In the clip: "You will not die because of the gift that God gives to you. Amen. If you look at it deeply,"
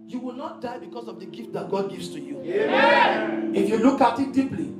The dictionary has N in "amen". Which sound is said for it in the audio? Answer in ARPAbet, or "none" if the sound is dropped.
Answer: none